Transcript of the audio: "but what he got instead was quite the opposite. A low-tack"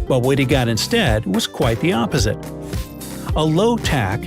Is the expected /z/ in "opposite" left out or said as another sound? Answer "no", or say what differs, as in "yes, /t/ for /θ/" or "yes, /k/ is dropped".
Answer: no